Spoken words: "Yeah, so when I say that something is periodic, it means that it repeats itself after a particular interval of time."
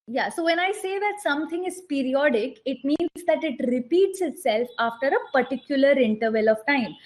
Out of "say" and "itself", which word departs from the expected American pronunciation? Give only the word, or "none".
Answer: none